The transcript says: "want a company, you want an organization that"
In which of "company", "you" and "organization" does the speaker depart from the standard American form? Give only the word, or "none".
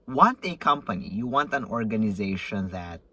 none